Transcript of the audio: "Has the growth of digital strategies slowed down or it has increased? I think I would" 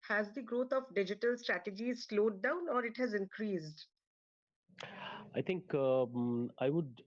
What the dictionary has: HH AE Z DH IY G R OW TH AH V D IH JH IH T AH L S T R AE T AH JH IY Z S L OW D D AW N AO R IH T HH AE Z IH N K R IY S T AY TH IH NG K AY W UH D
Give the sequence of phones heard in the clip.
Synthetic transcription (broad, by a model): HH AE Z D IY G R OW T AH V D IH JH IH T AH L S T R AE T AH JH IY Z S L OW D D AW N AO R IH T HH AE Z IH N K R IY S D AY T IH NG K AY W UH D